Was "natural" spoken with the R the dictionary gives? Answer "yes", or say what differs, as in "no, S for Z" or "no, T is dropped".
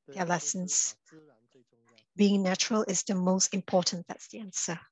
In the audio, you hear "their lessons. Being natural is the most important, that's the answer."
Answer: yes